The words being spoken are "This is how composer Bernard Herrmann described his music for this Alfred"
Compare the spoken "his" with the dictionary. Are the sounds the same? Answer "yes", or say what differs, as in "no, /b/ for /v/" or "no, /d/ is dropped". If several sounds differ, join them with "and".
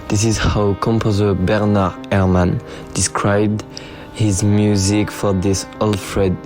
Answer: yes